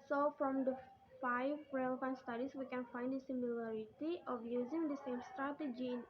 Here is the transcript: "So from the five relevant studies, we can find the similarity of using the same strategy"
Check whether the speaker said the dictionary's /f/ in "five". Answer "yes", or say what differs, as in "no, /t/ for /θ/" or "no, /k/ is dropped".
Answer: yes